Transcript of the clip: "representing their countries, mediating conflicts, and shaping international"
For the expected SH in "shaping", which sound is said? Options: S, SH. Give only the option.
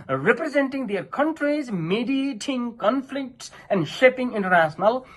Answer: SH